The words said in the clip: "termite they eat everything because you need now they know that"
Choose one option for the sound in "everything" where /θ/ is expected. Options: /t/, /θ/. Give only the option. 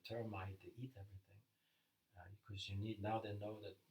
/θ/